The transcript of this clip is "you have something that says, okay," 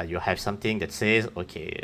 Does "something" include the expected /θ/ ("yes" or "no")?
no